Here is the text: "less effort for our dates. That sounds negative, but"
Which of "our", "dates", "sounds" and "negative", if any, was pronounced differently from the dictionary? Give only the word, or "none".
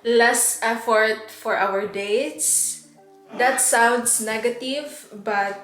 sounds